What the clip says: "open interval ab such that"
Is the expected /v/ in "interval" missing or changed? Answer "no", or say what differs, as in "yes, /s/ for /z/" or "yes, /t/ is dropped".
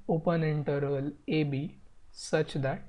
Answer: yes, /v/ is dropped